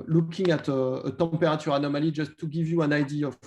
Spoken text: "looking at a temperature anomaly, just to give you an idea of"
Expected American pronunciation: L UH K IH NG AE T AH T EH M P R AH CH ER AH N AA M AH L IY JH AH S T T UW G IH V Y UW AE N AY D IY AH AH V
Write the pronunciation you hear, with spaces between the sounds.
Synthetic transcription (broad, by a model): L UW K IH NG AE T AH T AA P R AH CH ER AH N AA M AH L IY JH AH S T T UW G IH V Y UW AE N AY D IY AH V